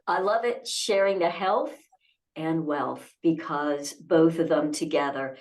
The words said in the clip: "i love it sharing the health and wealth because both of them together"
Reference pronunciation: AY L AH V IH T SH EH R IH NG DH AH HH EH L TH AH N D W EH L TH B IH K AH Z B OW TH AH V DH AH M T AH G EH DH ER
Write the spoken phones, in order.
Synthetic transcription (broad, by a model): AY L AH V IH T SH EH R IH NG DH AH HH EH L TH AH N W EH L TH B IH K AH Z B OW TH AH V DH AH M T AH G EH DH ER